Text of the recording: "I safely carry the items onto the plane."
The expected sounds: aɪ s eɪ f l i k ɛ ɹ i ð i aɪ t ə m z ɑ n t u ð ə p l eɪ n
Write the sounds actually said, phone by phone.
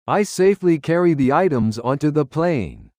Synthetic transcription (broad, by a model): aɪ s eɪ f l i k ɛ ɹ i ð i aɪ t ə m z ɑ n t u ð ə p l eɪ n